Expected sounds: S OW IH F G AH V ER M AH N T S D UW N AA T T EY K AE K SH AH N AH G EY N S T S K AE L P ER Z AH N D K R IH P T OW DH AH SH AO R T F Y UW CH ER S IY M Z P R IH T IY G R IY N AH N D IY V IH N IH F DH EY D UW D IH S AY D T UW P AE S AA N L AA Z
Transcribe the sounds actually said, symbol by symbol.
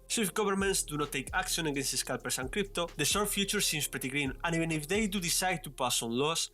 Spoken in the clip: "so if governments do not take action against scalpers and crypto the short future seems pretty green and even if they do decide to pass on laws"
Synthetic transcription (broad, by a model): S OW IH F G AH B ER M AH N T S D UW N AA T T EY K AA K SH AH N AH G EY N S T S K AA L P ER S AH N K R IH P T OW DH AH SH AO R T F Y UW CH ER S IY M S P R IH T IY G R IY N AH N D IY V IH N IH F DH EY D UW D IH S AY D T UW P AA S AA N L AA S